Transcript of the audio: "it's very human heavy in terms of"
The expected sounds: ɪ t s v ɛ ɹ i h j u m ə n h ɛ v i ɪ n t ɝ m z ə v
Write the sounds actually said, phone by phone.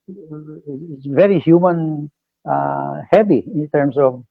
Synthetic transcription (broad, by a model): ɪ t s v ɛ ɹ i h j u m ə n h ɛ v i ɪ n t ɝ m s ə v